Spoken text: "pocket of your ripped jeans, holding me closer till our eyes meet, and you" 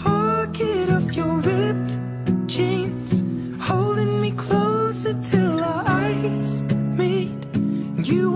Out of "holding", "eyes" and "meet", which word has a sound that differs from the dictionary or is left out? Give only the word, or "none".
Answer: meet